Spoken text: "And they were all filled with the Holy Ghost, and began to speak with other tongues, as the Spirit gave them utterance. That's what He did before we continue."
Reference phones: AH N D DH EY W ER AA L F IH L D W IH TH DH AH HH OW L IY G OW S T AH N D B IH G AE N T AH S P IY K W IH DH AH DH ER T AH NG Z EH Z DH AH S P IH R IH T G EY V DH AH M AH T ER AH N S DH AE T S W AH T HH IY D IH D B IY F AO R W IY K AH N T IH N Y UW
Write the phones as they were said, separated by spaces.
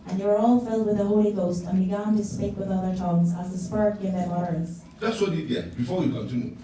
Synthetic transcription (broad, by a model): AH N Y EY W ER AA L F IH L D W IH DH AH HH OW L IY G OW S T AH N B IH G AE N T AH S P IY K W IH DH AH DH ER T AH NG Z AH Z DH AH S P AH R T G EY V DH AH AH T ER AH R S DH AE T S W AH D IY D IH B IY F AO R W IY K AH N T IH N Y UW